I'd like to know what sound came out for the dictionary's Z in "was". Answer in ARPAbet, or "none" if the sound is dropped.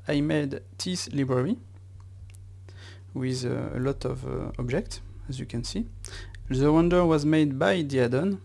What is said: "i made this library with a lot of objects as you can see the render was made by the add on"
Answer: Z